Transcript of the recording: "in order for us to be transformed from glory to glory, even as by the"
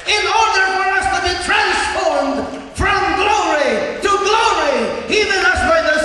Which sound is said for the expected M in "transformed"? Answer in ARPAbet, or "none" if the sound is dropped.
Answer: M